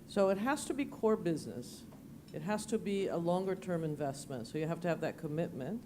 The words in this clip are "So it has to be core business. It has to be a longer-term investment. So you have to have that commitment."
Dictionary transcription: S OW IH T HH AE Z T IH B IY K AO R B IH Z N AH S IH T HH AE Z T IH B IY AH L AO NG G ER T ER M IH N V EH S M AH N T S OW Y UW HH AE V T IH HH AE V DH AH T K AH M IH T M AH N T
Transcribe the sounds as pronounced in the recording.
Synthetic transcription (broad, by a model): S OW IH T HH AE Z T IH B IY K AO R B IH Z N AH S IH T HH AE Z T IH B IY AH L AO NG G ER T ER M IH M V EH S M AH N T S OW Y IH HH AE F T IH V DH AH T K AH M IH T M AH N T